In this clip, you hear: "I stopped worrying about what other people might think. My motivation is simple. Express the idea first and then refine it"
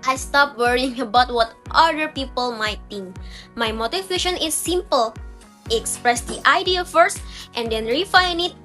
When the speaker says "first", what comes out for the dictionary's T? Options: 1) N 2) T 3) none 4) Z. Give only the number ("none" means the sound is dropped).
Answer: 2